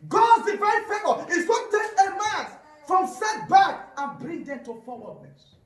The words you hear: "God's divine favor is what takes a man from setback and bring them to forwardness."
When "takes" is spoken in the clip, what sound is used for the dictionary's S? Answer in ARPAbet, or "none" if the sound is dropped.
none